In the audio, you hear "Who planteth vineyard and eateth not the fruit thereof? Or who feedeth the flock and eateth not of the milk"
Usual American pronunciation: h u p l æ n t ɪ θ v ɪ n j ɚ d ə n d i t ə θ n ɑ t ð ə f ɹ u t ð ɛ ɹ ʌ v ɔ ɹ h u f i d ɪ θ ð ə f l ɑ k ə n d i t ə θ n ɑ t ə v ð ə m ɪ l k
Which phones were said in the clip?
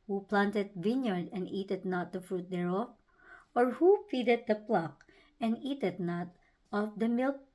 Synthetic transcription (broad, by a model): h u p l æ n t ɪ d v ɪ n j ɚ d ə n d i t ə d n ɑ t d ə f ɹ u t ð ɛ ɹ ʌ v ɔ ɹ h u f i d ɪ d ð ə p l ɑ k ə n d i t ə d n ɑ t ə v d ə m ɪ l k